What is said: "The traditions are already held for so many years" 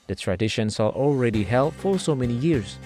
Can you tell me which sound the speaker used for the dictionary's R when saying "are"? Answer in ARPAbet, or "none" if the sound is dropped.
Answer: L